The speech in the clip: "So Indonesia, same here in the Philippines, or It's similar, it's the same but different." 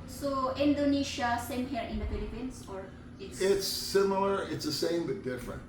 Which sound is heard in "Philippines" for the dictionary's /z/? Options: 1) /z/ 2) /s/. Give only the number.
2